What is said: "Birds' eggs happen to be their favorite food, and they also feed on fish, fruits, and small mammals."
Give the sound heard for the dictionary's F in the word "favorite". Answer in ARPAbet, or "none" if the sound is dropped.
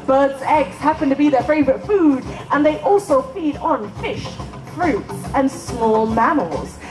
F